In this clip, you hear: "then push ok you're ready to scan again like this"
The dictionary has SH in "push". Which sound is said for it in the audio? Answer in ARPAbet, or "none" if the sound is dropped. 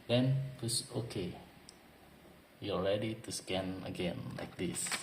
S